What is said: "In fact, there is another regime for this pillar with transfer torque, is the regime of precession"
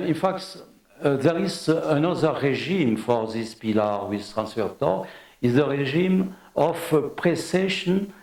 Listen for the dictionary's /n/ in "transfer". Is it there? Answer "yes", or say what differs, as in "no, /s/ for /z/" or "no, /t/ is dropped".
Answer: yes